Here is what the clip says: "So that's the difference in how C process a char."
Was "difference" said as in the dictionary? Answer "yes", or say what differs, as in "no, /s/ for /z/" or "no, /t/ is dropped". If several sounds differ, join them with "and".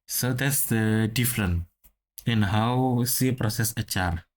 no, /s/ is dropped